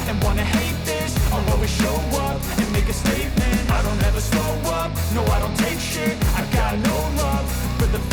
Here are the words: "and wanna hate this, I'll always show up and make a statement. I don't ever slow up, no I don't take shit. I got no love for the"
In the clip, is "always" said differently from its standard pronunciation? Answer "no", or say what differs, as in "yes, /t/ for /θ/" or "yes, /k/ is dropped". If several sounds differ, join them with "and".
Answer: yes, /l/ is dropped